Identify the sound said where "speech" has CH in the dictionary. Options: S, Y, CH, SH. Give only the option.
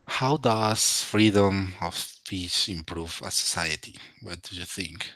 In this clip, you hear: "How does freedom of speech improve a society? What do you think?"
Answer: S